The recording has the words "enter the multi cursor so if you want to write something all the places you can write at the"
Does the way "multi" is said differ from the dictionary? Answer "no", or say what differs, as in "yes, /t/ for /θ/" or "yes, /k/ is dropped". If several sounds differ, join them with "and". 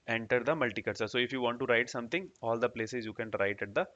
no